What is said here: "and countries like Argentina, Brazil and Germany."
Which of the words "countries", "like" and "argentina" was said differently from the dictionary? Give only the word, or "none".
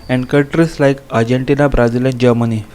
countries